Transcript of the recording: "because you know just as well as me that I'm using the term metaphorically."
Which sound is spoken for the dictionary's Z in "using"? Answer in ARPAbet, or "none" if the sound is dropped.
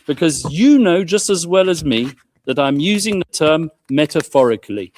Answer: Z